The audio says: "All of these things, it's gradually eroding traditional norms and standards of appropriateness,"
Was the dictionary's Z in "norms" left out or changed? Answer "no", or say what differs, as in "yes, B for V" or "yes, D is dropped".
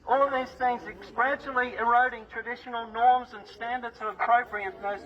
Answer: no